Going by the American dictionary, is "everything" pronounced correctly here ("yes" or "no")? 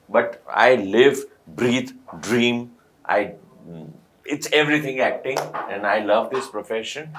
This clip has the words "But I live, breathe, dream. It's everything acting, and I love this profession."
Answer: no